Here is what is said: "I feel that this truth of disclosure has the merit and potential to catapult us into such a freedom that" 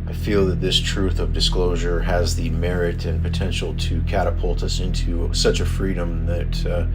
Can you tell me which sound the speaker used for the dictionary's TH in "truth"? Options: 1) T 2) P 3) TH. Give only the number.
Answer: 3